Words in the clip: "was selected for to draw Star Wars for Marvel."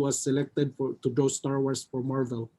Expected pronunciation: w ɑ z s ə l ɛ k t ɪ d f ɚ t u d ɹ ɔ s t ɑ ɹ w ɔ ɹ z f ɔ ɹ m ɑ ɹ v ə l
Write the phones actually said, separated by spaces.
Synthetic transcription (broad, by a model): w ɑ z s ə l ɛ k t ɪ d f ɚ t u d ɔ s t ɑ ɹ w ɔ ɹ s f ɔ ɹ m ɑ ɹ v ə l